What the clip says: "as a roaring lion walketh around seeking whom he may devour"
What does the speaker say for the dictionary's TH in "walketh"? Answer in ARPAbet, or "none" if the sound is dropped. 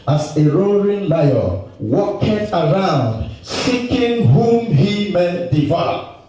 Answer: T